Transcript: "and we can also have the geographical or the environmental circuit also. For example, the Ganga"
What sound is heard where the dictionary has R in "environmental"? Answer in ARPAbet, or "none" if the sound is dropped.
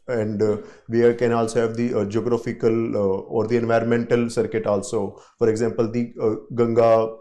R